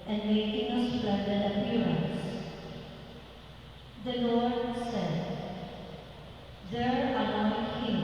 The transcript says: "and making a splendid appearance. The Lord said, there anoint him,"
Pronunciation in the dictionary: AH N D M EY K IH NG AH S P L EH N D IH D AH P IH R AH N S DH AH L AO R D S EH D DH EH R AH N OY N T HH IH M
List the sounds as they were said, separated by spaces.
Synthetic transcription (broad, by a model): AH N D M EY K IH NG AH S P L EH D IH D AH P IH R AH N S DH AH L AO R D S EH D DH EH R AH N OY T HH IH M